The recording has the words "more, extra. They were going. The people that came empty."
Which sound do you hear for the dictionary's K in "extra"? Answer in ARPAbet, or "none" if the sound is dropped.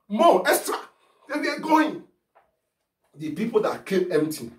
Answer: none